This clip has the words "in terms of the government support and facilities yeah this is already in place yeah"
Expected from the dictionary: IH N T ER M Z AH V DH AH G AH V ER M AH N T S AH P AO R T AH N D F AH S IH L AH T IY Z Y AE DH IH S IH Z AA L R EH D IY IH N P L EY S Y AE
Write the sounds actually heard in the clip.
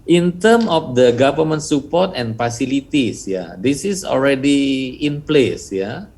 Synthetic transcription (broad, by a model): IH N T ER M AH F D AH G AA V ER M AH N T S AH P AO T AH N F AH S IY L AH T IY S Y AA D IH S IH S AA L R EH D IY IH N P L EY S Y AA